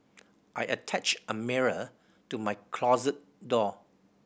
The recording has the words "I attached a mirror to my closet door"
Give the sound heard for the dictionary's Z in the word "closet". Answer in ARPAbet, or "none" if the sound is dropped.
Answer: Z